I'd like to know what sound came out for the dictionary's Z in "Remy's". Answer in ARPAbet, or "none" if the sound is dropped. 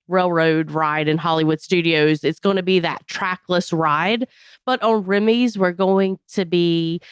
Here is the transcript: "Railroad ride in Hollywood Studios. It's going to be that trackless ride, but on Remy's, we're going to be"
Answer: Z